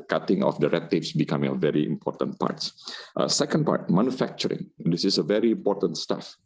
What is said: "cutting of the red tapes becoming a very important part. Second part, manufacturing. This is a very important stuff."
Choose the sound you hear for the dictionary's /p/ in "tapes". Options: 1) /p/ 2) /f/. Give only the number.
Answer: 2